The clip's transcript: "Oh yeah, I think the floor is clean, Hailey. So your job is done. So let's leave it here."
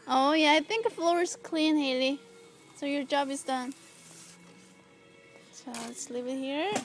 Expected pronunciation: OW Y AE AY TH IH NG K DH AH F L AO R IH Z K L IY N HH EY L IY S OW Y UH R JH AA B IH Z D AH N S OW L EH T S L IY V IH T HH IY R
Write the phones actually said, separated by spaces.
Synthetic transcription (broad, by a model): OW Y AE AY TH IH NG K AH F L AO R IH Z K L IY N HH EY L IY S OW Y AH R JH AA B IH Z D AH N S OW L S L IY P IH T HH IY R